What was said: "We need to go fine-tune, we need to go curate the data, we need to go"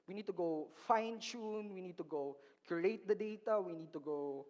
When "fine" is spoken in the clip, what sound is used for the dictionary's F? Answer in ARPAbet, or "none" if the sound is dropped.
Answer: F